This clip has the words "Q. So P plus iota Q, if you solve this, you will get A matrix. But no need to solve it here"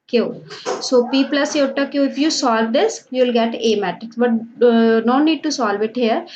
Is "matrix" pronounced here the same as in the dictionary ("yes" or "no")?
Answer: no